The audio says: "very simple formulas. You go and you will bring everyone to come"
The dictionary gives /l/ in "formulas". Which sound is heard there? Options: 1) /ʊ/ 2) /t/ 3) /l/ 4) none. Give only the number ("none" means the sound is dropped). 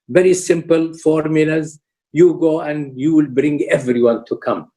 3